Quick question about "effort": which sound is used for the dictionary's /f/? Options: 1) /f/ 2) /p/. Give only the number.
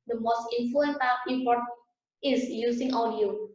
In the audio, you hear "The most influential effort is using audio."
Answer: 2